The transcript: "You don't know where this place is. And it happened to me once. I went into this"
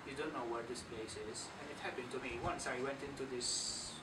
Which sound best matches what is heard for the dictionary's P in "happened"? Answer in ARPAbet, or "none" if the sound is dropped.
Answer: P